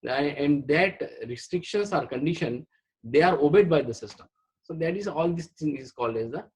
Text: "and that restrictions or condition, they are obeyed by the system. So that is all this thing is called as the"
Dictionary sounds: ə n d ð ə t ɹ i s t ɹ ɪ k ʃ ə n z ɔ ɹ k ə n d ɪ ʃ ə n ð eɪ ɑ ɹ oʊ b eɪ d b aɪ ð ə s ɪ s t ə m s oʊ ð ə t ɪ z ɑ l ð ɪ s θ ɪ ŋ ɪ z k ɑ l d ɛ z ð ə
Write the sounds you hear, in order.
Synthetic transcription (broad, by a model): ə n d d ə t ɹ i s t ɹ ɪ k ʃ ə n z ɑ ɹ k ə n d ɪ ʃ ə n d eɪ ɑ ɹ oʊ b eɪ d b aɪ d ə s ɪ s t ə m s oʊ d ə t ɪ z ɑ l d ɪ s t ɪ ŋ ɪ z k ɑ l d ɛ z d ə